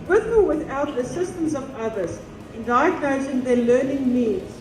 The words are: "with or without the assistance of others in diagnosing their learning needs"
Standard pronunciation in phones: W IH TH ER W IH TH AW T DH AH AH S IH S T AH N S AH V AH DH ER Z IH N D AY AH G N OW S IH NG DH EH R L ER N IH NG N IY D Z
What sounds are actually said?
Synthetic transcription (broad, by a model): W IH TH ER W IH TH AW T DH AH AH S IH S T AH N S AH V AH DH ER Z IH N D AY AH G OW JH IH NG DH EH L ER N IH NG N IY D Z